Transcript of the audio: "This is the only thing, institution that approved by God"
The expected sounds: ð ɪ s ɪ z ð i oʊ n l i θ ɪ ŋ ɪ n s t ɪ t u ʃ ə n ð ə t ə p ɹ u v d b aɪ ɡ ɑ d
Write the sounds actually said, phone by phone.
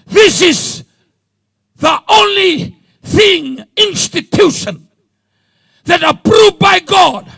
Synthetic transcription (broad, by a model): ð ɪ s ɪ z ð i oʊ n l i θ ɪ ŋ ɪ n s t ɪ t u ʃ ə n ð ə t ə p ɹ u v b aɪ ɡ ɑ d